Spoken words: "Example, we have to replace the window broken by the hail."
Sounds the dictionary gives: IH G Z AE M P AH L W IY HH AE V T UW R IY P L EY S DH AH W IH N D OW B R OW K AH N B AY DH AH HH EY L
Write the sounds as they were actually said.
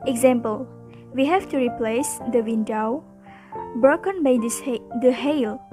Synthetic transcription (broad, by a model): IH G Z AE M P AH L W IY HH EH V T UW R IY P L EY S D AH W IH N D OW B R OW K AH N B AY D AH HH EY L